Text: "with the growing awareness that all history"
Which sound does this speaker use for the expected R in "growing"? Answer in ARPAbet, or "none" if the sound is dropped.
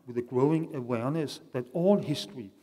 R